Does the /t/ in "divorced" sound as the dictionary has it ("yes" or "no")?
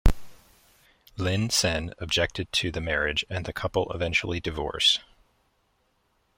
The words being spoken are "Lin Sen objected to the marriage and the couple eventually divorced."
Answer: no